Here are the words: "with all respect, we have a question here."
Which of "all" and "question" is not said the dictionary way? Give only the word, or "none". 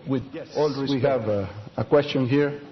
none